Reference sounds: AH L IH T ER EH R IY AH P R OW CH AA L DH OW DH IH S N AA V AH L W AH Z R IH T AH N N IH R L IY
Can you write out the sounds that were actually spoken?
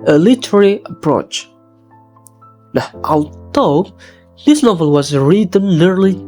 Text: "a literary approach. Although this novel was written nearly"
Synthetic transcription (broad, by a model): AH L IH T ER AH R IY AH P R OW CH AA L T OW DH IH S N AA V AH L W AH Z R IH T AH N N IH R L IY